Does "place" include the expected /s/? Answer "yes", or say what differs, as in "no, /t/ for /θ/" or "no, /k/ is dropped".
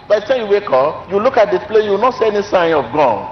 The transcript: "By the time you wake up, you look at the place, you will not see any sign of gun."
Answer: no, /s/ is dropped